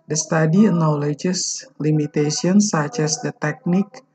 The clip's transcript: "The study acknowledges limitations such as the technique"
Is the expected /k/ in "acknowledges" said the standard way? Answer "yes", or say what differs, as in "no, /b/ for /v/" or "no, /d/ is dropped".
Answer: no, /k/ is dropped